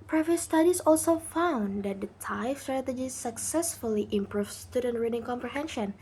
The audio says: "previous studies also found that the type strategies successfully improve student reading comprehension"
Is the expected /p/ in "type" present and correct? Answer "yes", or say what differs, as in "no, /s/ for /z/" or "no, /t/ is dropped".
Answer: no, /f/ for /p/